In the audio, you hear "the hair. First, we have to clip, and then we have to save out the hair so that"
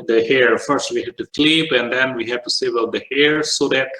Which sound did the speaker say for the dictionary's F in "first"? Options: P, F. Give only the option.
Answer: F